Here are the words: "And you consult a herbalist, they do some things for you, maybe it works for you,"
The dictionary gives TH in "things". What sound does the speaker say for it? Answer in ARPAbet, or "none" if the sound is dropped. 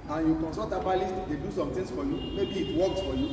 T